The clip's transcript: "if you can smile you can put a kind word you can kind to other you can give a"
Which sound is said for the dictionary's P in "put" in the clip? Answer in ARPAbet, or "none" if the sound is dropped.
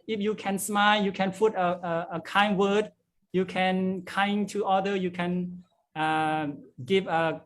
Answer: F